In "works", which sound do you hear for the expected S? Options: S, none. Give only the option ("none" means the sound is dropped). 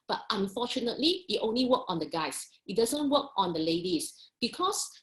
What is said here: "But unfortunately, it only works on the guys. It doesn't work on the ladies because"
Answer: none